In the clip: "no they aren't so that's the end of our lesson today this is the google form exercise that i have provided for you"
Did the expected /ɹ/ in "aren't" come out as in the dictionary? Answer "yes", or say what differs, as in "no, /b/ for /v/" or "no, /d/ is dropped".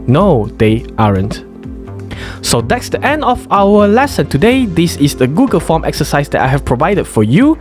yes